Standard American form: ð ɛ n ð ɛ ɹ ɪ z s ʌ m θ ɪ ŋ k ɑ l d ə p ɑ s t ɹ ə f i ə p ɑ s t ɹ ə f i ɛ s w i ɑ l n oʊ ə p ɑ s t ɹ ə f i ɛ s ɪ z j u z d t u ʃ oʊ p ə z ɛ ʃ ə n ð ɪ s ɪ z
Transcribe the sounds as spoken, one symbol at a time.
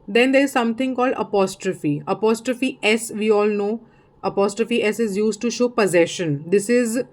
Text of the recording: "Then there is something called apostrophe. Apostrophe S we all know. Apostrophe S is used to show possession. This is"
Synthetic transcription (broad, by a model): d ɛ n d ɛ ɹ ɪ z s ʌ m t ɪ ŋ k ɑ l d ə p ɑ s t ɹ ə f i ə p ɑ s t ɹ ə f i ɛ s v i ɑ l n oʊ ə p ɑ s t ɹ ə f i ɛ s ɪ z j u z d t u ʃ oʊ p ə z ɛ ʃ ə n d ɪ s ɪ z